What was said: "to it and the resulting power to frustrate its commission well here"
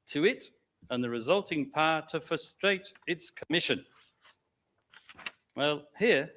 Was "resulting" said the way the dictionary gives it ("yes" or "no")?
yes